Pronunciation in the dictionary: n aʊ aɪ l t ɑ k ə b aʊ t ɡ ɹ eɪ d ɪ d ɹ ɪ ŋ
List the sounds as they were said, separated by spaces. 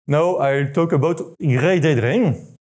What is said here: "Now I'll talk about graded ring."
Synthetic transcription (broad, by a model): n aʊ aɪ l t ɑ k ə b aʊ t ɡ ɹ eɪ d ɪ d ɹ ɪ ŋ